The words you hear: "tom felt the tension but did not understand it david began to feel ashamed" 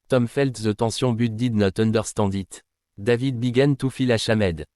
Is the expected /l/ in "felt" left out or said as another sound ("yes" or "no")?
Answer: no